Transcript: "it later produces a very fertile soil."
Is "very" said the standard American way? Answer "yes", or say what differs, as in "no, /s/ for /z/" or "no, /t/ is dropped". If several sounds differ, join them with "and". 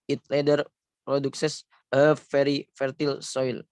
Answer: no, /f/ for /v/